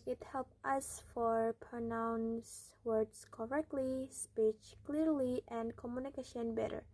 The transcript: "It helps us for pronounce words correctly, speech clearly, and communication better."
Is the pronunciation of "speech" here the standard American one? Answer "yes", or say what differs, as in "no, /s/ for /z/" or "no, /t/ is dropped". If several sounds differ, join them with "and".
yes